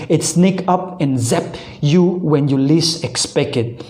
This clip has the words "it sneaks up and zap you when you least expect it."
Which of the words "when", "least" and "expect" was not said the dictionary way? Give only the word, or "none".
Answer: least